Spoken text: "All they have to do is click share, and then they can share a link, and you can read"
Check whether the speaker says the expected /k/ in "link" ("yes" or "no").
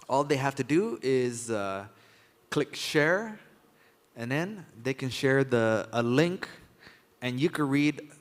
yes